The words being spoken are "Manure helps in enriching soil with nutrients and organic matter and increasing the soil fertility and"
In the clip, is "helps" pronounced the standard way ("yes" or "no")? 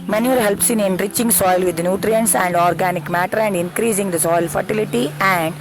yes